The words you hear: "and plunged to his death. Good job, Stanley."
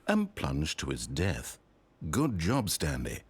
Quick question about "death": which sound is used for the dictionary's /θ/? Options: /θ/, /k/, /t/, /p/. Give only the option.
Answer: /θ/